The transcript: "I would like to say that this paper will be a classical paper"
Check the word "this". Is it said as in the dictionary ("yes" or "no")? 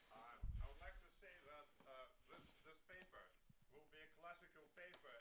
yes